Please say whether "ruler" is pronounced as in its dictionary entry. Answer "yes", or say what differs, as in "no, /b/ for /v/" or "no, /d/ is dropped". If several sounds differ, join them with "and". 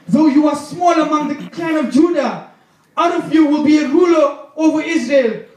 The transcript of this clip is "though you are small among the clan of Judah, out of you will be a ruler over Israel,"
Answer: yes